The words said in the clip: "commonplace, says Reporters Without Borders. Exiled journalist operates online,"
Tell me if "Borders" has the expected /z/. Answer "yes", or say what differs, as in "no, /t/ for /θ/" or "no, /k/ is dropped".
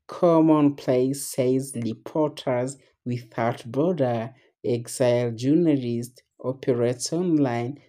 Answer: no, /z/ is dropped